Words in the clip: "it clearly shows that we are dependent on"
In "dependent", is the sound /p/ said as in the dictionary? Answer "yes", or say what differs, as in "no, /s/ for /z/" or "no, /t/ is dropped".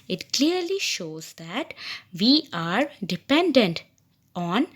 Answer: yes